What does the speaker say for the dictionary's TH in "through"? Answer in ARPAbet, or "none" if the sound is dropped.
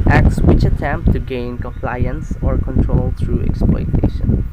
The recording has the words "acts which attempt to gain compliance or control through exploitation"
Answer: T